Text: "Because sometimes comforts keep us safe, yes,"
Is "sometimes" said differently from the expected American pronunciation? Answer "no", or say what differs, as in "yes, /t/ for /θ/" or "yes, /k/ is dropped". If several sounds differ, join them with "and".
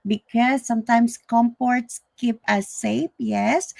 yes, /s/ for /z/